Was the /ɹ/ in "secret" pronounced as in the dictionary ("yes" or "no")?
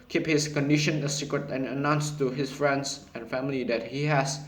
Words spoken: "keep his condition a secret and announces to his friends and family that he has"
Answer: yes